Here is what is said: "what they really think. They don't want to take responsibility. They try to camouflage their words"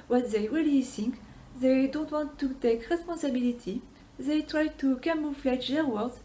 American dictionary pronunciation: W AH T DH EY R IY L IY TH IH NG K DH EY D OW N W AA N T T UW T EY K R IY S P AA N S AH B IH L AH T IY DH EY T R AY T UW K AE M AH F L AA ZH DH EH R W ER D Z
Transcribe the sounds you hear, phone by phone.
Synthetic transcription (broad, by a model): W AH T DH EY W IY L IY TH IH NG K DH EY D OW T W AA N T T UW T EY K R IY S P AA S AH B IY L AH T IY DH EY T R AY T UW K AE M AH F L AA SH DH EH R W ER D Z